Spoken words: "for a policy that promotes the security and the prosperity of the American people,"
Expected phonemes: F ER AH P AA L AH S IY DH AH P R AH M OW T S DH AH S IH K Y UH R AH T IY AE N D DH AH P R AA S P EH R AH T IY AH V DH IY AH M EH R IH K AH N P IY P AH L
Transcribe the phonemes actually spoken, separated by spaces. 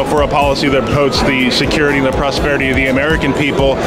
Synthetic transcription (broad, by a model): F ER AH P AA L AH S IY DH AH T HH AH UH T S DH AH S IH K Y UH R AH T IY N DH AH P R AA S P EH R AH T IY AH V DH IY AH M EH R IH K AH N P IY P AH L